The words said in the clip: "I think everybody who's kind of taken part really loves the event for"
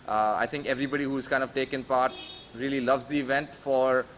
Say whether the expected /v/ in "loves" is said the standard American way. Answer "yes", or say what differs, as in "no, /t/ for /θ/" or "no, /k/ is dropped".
yes